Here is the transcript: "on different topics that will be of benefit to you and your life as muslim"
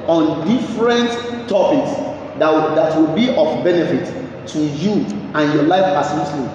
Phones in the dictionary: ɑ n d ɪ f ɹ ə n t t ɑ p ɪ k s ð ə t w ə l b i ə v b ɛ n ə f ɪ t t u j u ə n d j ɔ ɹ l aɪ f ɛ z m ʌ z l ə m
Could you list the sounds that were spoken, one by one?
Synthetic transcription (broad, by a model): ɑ n d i f ɹ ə n t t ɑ p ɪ k s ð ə t w ə l b i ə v b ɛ n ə f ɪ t t u j u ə n j ɔ l aɪ f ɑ s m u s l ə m